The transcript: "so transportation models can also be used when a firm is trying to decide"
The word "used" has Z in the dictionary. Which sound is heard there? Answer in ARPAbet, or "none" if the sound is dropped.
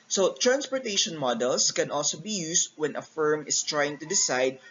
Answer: S